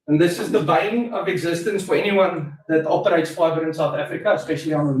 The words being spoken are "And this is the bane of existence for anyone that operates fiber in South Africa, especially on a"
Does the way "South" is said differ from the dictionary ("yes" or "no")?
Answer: no